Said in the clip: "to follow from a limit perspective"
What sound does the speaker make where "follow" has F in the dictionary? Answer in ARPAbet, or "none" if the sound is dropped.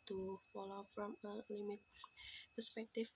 P